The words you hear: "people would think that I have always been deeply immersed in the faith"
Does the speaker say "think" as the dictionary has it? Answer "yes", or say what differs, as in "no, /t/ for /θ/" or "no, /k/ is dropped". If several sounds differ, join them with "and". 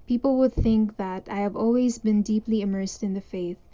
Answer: yes